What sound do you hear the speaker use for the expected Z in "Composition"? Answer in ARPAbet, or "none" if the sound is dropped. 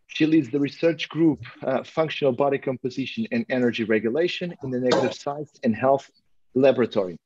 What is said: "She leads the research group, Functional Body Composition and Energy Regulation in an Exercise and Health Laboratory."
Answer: Z